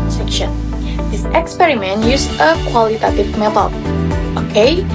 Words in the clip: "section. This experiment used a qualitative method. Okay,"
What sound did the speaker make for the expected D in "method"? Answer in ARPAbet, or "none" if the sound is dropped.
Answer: none